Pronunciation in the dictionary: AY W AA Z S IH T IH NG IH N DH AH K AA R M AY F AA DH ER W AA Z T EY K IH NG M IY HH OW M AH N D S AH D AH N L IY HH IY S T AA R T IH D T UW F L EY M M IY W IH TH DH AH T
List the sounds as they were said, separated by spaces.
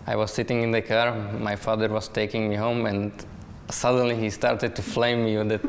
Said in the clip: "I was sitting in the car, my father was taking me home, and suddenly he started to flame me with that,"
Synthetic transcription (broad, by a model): AY W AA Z S IH T IH NG IH N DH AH K AA R M AY F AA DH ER W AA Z T EY K IH NG M IY HH OW M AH N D S AH D AH N L IY HH IY S T AA R T IH D T UW F L EY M M IY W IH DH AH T